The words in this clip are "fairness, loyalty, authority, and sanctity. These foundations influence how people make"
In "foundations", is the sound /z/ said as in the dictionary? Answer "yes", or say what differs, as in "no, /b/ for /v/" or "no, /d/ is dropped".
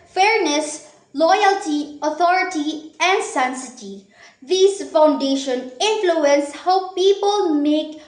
no, /z/ is dropped